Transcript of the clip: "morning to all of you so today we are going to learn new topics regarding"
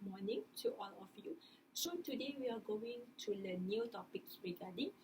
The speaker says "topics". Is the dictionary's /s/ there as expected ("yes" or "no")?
no